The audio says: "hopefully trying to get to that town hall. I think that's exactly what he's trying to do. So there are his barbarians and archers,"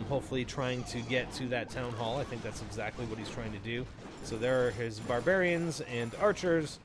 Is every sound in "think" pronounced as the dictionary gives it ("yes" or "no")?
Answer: yes